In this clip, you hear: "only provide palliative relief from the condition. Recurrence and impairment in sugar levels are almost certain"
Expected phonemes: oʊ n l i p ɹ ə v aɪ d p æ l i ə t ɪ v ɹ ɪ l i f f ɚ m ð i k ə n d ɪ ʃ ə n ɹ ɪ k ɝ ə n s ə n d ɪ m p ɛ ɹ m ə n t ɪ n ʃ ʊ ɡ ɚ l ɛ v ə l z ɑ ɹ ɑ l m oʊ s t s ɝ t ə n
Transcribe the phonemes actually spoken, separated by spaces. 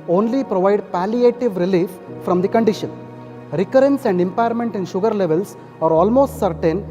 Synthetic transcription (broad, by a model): oʊ n l i p ɹ ə v aɪ d p æ l i ə t ɪ v ɹ ɪ l i f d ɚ m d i k ə n d ɪ ʃ ə n ɹ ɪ k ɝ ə n s ə n d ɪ m p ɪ ɹ m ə n t ɪ n ʃ ʊ ɡ ɚ l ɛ v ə l s ɑ ɹ ɑ l m oʊ s t s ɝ t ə n